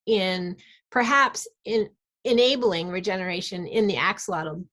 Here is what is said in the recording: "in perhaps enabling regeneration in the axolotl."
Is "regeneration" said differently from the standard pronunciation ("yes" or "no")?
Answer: no